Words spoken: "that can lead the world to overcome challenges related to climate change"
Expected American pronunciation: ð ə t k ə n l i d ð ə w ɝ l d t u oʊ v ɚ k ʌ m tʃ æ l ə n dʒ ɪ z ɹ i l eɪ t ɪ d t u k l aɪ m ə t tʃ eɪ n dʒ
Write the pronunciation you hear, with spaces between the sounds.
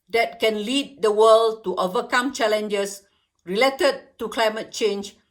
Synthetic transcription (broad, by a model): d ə t k ə n l i d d ə w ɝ l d t u oʊ v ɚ k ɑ m tʃ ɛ l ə n dʒ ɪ s ɹ i l eɪ t ɪ d t u k l aɪ m ə t tʃ eɪ n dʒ